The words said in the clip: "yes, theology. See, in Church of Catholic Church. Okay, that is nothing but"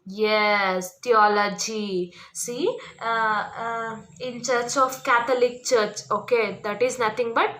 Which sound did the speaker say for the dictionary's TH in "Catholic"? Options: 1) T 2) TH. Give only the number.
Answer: 1